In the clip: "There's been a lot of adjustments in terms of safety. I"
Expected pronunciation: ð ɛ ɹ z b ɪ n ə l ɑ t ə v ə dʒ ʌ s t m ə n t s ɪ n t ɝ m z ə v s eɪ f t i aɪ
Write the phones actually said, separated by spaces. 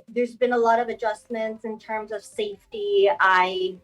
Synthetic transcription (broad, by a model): ð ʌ ɹ z b ɪ n ə l ɑ t ə v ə dʒ ʌ s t m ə n t s ɪ n t ɝ m z ə v s eɪ f t i aɪ